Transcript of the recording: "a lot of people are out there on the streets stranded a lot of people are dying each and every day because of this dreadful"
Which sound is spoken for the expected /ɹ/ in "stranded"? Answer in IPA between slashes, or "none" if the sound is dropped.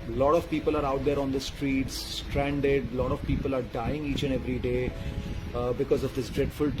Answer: /ɹ/